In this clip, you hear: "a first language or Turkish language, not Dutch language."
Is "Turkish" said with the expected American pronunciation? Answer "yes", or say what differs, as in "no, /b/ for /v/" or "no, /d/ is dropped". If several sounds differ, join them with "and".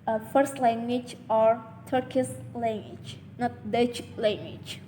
no, /s/ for /ʃ/